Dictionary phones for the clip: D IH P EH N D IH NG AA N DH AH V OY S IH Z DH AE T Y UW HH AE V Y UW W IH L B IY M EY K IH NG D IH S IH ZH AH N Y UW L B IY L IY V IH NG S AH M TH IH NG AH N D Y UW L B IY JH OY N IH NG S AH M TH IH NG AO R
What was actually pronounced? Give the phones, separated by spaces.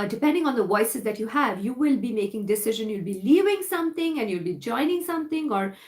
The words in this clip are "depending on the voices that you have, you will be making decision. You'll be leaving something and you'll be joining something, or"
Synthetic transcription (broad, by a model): D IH P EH N D IH NG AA N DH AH V OY S IH Z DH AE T Y UW HH AE V Y UW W IH L B IY M EY K IH NG D IH S IH ZH AH N Y UW L B IY L IY V IH NG S AH M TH IH NG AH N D Y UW L B IY JH OY N IH NG S AH M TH IH NG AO R